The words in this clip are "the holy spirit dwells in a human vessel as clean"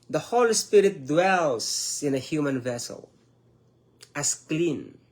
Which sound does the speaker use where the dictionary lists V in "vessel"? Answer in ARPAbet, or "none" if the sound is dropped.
V